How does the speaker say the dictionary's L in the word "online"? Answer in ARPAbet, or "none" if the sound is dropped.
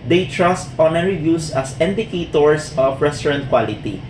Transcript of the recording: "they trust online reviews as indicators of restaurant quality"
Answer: none